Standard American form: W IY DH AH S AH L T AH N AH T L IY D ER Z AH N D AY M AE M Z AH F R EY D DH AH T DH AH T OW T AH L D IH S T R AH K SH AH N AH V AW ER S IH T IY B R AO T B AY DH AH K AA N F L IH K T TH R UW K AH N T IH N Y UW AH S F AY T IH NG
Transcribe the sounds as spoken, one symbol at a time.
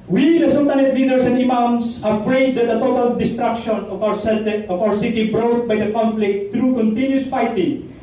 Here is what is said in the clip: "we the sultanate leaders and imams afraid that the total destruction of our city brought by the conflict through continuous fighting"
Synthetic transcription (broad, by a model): W IY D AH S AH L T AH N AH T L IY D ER S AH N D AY M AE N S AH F R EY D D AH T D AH T OW T AH L D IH S T R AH K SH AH N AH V AW ER S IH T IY B R AO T B AY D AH K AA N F L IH K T T R UW K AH N T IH N Y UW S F AY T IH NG